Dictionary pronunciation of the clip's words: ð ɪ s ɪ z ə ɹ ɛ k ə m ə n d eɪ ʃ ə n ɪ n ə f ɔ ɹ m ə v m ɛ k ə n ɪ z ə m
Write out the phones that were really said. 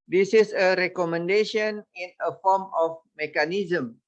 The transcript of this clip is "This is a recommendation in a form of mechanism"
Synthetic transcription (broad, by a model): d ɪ s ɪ s ə ɹ ɛ k ə m ə n d eɪ ʃ ə n ɪ n ə f ɔ m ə f m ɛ k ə n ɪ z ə m